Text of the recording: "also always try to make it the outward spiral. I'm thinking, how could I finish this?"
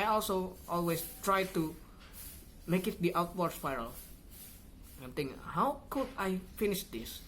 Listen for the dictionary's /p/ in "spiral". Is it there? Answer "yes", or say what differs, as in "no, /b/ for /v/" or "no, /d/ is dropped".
no, /f/ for /p/